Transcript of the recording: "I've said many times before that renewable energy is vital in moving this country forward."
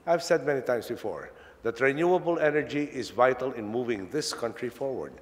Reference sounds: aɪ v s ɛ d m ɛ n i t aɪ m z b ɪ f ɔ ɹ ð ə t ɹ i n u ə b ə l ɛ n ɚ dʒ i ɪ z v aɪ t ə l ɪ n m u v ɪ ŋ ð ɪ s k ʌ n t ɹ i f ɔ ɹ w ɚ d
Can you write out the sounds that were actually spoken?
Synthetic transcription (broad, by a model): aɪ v s ɛ d m ɛ n i t aɪ m s b ɪ f ɔ ɹ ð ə t ɹ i n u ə b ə l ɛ n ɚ dʒ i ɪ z v aɪ t ə l ɪ n m u v ɪ ŋ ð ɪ s k ʌ n t ɹ i f ɔ ɹ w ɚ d